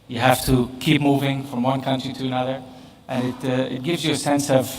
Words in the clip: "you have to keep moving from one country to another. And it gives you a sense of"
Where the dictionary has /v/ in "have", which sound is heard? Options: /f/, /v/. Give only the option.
/f/